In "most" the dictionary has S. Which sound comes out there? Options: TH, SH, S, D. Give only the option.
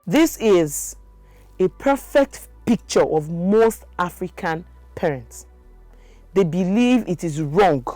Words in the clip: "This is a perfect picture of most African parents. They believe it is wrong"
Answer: TH